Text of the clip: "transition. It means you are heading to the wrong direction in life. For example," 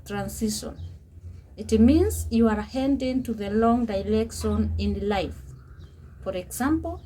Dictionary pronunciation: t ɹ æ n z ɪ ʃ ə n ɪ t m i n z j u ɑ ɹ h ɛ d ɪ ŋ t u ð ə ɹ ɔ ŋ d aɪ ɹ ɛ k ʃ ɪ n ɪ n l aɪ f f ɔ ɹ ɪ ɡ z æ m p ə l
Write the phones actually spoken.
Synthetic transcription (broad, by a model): t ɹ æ n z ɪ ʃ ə n ɪ t m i n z j u ɑ ɹ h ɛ d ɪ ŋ t u ð ə l ɔ ŋ d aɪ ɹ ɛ k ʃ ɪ n ɪ n l aɪ f f ɔ ɹ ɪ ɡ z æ m p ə l